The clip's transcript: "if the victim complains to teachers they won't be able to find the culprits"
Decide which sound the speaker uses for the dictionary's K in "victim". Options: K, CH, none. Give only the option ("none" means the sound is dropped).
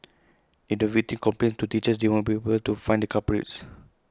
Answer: none